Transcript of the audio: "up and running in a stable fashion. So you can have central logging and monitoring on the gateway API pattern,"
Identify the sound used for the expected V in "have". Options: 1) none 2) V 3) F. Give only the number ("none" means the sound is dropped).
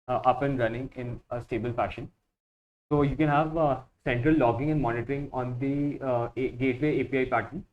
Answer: 2